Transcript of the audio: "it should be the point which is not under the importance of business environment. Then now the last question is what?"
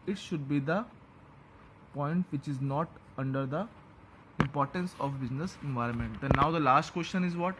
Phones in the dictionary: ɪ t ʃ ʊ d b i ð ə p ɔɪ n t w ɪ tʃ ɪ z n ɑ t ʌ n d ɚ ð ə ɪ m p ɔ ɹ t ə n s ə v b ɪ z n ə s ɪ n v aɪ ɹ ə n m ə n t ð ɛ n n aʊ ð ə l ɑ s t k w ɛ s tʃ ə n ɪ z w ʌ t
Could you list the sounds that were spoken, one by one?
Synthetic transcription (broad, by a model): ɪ t ʃ ʊ d b i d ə p ɔɪ n t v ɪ tʃ ɪ z n ɑ t ʌ n d ɚ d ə ɪ m p ɔ ɹ t ə n s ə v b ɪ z n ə s ɪ n v aɪ ɹ ə n m ə n t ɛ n n aʊ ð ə l ɑ s t k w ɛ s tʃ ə n ɪ z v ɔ t